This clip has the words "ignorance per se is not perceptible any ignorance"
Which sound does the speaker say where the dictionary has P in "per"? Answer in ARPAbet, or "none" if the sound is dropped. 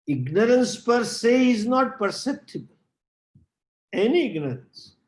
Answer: P